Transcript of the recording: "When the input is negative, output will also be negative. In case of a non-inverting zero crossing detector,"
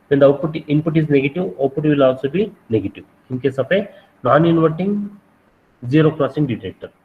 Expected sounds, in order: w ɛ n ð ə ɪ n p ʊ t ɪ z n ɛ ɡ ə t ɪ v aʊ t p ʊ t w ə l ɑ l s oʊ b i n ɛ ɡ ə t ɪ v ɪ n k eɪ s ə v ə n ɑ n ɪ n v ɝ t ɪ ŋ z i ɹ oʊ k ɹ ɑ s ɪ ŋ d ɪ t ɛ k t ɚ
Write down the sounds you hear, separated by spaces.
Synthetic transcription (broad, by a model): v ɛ n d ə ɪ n p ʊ t ɪ z n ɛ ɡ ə t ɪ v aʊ p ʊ t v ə l ɑ l s oʊ b i n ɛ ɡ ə t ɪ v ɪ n k eɪ s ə p ə n ɑ n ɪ n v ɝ t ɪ ŋ z i ɹ oʊ k ɹ ɑ s ɪ ŋ d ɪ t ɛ k t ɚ